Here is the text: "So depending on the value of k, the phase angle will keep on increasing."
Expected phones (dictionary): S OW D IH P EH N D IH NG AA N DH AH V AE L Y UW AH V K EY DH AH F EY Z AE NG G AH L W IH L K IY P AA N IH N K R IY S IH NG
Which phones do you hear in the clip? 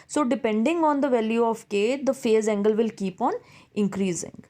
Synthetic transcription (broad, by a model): S OW D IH P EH N D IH NG AA N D AH V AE L Y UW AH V K EY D AH F EY Z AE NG G AH L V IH L K IY P AA N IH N K R IY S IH NG